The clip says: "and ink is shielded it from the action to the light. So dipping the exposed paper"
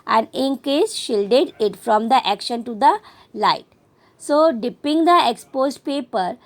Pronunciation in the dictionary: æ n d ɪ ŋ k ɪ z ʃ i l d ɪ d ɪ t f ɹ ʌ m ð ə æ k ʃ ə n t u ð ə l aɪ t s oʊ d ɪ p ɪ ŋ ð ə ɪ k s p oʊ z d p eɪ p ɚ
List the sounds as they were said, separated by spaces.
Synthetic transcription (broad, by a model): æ n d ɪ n k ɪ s ʃ i l d ɪ d ɪ t f ɹ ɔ m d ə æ k ʃ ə n t u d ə l aɪ t s oʊ d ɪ p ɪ ŋ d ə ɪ k s p oʊ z p eɪ p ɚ